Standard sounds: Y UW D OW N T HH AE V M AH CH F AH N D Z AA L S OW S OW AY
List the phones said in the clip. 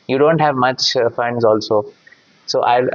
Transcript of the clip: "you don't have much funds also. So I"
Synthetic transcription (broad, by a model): Y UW D OW N T HH AE V M AH CH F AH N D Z AA L S OW S OW AY